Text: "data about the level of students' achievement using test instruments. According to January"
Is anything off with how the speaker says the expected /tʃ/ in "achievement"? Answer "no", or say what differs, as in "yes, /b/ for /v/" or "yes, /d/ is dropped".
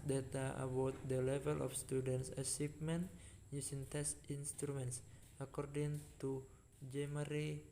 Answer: yes, /s/ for /tʃ/